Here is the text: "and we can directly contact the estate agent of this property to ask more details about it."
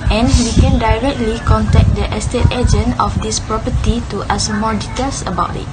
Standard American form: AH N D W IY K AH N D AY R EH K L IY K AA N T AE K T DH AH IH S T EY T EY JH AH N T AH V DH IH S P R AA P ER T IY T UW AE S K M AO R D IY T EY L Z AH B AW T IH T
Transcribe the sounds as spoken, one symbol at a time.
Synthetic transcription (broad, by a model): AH N W IY K AH N D AY R EH K L IY K AA N T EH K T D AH IH S T EY T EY JH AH N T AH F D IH S P R AA P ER T IY T UW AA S M AO D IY T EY L S AH B AW T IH T